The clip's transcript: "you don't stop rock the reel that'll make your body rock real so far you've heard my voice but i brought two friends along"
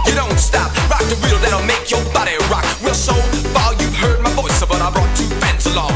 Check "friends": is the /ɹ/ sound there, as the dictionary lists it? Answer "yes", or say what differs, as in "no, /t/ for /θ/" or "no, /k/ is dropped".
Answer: no, /ɹ/ is dropped